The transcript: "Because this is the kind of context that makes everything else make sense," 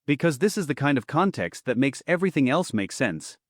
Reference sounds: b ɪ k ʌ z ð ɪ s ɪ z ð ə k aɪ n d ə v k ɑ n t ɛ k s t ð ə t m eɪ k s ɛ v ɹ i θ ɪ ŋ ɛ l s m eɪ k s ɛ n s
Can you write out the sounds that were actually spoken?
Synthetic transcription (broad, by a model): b ɪ k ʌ z ð ɪ s ɪ z ð ə k aɪ n d ə v k ɑ n t ɛ k s t ð ə t m eɪ k s ɛ v ɹ i θ ɪ ŋ ɛ l s m eɪ k s ɛ n s